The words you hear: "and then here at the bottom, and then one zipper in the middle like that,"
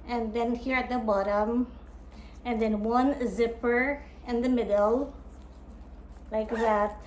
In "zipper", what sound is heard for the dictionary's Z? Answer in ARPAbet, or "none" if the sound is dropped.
Z